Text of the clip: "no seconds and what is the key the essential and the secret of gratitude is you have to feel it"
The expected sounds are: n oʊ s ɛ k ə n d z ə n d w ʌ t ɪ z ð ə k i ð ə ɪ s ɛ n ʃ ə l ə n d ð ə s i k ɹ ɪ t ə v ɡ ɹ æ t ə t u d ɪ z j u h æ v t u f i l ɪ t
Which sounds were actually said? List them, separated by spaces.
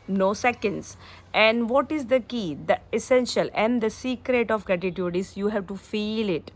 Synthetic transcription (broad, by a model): n oʊ s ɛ k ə n d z ə n d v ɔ t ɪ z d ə k i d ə ɪ s ɛ n ʃ ə l ə n d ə s i k ɹ ɪ t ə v ɡ ɹ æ t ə t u d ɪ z j u h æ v t u f i l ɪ t